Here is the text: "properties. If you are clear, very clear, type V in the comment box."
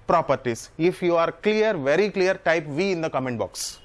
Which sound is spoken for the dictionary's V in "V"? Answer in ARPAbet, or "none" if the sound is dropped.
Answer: V